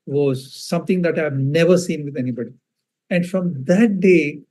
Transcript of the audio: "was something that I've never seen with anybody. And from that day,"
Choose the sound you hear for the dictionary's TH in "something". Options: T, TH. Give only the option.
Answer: T